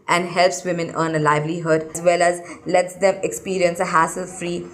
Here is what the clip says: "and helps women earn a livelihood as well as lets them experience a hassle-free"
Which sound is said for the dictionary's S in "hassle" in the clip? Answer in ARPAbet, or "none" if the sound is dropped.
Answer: S